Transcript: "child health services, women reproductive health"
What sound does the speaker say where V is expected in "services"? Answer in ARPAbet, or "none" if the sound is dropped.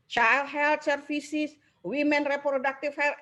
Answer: F